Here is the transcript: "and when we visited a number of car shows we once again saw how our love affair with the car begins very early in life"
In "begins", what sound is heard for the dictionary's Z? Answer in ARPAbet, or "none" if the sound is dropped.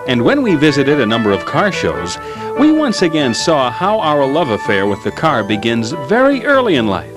Z